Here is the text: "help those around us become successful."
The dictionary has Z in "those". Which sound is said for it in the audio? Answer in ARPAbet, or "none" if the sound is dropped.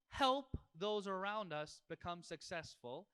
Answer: Z